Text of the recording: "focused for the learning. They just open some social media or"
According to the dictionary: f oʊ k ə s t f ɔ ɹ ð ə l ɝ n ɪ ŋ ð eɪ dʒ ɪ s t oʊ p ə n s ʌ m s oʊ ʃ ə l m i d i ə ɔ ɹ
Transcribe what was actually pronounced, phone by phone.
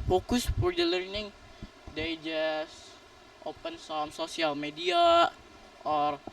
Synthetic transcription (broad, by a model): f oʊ k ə s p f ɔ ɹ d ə l ɝ n ɪ ŋ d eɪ dʒ ɪ s t oʊ p ə n s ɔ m s oʊ s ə l m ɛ d i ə ɔ ɹ